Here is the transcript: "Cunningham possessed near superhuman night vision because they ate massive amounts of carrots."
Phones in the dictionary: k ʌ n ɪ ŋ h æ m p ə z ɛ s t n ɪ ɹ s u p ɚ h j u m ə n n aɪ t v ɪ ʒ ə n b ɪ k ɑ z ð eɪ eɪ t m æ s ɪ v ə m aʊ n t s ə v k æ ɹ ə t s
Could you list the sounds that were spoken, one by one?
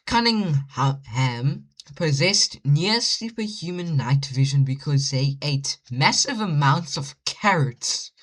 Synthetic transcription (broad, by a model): k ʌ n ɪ ŋ h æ m p ə z ɛ s t n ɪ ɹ s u p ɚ h j u m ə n n aɪ t v ɪ ʒ ə n b ɪ k ɑ z ð eɪ eɪ t m æ s ɪ v ə m aʊ n t s ə v k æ ɹ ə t s